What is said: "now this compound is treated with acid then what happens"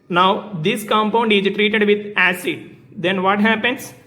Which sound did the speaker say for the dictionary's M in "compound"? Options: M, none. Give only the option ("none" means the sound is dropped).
M